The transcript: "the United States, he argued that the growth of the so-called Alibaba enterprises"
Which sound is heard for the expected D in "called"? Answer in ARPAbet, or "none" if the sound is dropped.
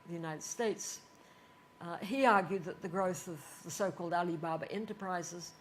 D